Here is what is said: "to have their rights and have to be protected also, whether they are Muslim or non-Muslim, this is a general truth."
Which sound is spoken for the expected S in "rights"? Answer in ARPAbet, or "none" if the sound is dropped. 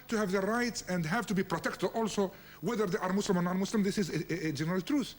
S